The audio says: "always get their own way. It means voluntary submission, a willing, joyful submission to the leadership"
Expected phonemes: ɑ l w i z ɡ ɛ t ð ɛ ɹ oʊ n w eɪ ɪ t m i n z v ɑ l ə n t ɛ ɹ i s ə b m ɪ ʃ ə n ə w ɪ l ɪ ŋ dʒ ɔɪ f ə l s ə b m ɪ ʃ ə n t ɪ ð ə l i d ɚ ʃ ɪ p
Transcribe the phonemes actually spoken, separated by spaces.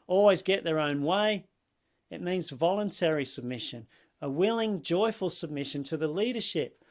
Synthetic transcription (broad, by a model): ɑ l w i z ɡ ɛ t ð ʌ ɹ oʊ n w eɪ ɪ t m i n z v ɑ l ə n t ɛ ɹ i s ə b m ɪ ʃ ə n ə w ɪ l ɪ ŋ dʒ ɔɪ f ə l s ə b m ɪ ʃ ə n t ɪ ð ə l i d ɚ ʃ ɪ p